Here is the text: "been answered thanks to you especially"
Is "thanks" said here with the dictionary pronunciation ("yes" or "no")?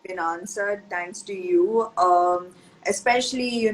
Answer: no